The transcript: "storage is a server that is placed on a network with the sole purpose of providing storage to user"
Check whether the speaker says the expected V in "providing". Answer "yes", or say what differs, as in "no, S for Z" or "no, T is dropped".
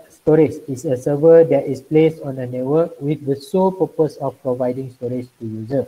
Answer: yes